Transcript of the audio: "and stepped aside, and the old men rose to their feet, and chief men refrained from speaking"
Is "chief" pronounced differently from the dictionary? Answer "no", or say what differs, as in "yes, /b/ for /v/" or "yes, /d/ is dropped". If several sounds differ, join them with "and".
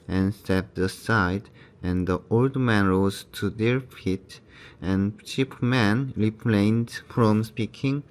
yes, /p/ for /f/